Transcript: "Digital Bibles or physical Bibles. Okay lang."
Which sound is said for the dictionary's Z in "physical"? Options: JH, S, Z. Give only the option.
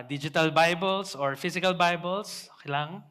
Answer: S